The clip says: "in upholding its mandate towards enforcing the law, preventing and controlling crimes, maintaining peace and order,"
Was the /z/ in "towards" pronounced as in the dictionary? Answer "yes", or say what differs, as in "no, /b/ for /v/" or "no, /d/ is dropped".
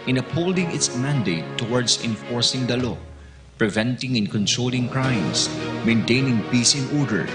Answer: no, /s/ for /z/